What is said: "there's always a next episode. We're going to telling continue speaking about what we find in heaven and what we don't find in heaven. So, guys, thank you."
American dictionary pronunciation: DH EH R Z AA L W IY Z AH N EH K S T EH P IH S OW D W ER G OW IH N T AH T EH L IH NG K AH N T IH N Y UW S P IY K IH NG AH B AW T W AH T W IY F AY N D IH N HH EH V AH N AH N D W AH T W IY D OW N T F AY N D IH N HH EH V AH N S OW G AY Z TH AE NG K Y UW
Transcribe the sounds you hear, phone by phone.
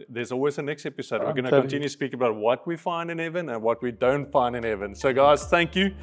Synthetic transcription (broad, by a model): DH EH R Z AA L W IY Z AH N EH K S T EH P IH S OW D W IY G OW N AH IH K AH N T IH N Y UW S P IY K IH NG AH B AW T W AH T W IY F AY N D IH N HH EH V AH N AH N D W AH T W IY D OW N T F AY N D IH N HH EH V AH N S OW G AY Z TH AE NG K Y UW